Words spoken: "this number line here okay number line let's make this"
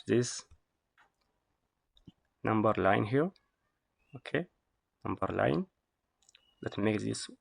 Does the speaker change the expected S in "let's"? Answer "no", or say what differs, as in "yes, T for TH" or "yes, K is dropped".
yes, S is dropped